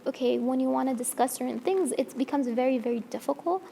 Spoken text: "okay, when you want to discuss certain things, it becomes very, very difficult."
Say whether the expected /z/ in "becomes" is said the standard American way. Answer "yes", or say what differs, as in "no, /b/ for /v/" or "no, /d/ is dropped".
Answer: yes